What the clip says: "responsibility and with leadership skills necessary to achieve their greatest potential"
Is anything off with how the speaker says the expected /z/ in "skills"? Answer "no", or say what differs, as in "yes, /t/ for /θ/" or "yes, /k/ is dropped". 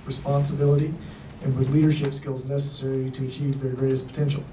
no